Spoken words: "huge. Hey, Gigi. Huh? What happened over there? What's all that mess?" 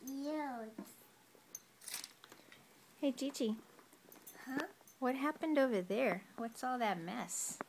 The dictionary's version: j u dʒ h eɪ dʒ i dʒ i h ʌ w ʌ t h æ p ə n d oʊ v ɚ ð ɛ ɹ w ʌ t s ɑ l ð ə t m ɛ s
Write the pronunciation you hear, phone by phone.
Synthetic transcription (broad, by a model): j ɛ h eɪ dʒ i tʃ i h ʌ w ʌ t h æ p ə n d oʊ v ɚ ð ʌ ɹ w ʌ t s ɑ l ð ə t m ɛ s